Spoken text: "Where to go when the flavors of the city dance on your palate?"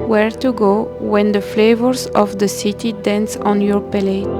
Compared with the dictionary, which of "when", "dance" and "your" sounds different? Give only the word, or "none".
none